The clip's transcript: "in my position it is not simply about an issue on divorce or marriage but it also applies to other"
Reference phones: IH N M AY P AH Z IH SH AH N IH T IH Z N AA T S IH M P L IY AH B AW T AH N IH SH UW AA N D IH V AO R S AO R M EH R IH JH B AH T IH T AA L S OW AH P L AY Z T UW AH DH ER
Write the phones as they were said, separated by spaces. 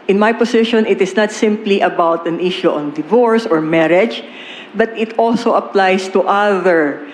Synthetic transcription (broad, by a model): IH N M AY P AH S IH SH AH N IH T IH S N AA T S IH M P L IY AH B AW T AH N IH SH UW AA N D IH V AO R S AO R M EH R IH JH B AH T IH T AA L S OW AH P L AY S T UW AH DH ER